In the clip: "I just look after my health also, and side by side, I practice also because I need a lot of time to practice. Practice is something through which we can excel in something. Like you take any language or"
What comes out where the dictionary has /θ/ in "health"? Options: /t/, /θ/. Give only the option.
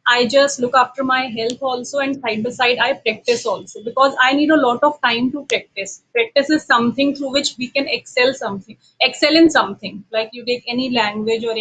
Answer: /t/